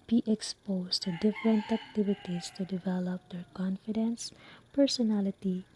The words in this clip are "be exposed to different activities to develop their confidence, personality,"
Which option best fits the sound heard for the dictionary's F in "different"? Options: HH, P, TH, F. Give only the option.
F